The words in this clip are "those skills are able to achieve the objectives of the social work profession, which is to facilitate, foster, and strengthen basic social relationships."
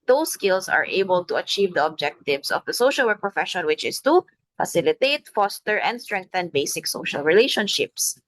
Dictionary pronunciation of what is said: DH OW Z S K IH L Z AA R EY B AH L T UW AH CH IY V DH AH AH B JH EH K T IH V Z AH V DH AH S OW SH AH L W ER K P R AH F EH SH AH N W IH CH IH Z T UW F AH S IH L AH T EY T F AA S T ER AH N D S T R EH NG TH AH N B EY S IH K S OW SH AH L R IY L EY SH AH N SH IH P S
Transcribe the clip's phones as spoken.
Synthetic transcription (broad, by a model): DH OW S K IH L S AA R EY B AH L T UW AH CH IY V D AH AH B JH EH K T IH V S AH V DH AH S OW SH AH L W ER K P R AH F EH SH AH N W IH CH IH S T UW F AH S IH L AH T EY T F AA S T ER AH N D S T R EH NG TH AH N B EY S IH K S OW SH AH L R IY L EY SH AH N SH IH P S